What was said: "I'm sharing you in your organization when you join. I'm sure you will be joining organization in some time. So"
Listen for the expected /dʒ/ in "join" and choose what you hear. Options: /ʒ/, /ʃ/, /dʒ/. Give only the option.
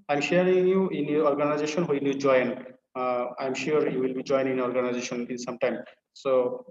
/dʒ/